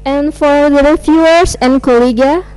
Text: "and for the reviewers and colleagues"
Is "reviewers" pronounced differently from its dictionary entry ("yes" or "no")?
yes